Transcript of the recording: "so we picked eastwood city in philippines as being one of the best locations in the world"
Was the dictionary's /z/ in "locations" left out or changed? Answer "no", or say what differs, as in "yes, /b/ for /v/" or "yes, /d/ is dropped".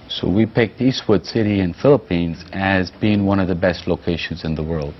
no